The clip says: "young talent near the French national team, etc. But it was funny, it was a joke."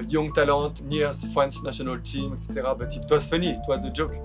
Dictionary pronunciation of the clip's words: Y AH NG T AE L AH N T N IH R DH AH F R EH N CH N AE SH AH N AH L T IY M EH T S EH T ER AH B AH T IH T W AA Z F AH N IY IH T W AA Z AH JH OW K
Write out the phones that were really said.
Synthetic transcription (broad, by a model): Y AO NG T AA L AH T N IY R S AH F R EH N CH N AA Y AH N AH L T IY M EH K S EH T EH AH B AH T IH T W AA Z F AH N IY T W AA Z AH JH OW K